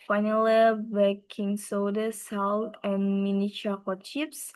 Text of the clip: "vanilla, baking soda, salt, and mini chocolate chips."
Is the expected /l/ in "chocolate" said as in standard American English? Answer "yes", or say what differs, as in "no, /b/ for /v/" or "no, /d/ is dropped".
no, /l/ is dropped